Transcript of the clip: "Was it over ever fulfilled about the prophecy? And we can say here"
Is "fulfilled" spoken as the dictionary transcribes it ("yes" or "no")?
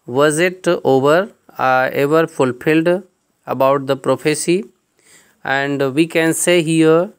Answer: yes